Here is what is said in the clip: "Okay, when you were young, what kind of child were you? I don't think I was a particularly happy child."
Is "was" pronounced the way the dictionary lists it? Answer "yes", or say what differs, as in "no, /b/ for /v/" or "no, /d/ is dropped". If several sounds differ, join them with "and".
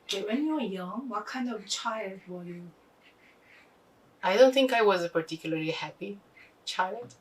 yes